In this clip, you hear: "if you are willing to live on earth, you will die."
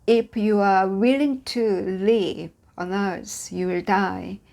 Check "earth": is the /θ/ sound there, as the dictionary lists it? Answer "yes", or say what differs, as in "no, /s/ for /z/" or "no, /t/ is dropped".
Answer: no, /s/ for /θ/